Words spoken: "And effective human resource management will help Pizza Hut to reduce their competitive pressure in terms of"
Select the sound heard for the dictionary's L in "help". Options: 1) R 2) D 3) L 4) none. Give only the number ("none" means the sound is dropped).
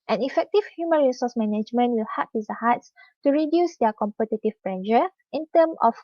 4